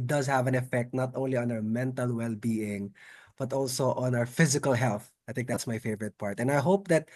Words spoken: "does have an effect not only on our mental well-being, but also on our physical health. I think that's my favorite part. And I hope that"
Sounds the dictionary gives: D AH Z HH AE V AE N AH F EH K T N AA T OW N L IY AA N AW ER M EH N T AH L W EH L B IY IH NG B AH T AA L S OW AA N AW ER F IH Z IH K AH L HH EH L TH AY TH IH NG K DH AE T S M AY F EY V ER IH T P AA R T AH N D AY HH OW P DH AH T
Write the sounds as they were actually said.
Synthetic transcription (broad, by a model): D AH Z HH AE V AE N AH F EH K T N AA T OW N L IY AA N AW ER M EH N T AH L W EH L B IY IH NG B AH T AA L S OW AA N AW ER F IH Z IH K AH L HH EH L TH AY TH IH NG K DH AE T S M AY F EY V ER IH T P AA R T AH N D AY HH OW P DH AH T